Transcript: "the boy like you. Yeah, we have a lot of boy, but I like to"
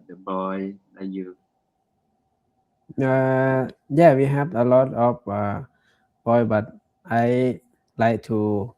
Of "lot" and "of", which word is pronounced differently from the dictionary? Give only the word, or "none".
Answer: of